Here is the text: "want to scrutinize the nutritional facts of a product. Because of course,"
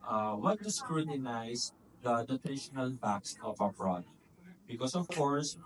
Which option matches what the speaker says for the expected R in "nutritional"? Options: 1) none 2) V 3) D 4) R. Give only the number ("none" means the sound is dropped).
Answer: 1